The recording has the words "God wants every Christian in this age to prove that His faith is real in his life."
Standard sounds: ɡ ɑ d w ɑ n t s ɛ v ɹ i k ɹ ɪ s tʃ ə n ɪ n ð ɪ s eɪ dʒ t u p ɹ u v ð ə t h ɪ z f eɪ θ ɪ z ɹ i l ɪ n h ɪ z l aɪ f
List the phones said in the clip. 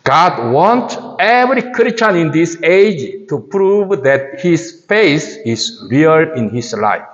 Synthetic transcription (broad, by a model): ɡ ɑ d w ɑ n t ɛ v ɹ i k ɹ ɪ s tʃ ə n ɪ n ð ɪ s eɪ dʒ t u p ɹ u v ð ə t h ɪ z f eɪ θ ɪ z ɹ i l ɪ n h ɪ s l aɪ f